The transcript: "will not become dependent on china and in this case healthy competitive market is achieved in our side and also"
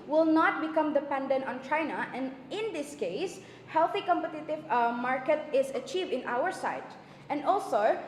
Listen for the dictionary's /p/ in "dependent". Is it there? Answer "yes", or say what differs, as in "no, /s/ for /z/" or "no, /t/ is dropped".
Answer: yes